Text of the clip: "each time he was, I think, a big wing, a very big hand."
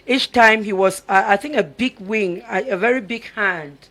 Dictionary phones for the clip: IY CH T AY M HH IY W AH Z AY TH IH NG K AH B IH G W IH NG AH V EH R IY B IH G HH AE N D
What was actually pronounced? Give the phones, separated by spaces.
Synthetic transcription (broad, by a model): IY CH T AY M HH IY W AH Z AY TH IH NG K AH B IH G W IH NG AH V EH R IY B IH G HH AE N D